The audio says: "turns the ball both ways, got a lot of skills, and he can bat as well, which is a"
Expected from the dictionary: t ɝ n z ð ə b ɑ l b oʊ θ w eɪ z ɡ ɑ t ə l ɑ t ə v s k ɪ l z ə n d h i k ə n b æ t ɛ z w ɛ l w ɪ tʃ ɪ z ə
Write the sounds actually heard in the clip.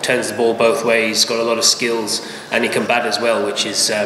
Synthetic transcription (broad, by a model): t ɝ n z ð ə b ɑ l b oʊ θ w eɪ z ɡ ɑ t ə l ɑ t ə v s k ɪ l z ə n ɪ k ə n b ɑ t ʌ z w ɛ l w ɪ tʃ ɪ z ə